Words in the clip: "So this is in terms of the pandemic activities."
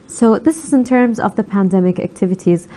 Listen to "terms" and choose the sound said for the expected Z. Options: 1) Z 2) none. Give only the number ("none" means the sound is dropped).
1